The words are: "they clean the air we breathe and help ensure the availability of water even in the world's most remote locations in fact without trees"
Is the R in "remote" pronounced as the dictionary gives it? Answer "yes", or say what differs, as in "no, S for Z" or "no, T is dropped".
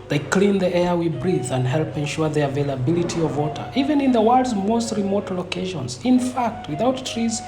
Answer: yes